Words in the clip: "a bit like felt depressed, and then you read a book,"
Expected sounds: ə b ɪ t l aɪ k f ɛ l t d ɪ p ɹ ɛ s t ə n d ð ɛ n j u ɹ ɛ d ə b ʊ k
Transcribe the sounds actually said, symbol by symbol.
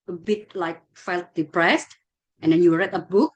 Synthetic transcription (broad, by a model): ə b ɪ t l aɪ k f ɛ l t d ɪ p ɹ ɛ s t ə n d ɛ n j u ɹ ɛ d ə b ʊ k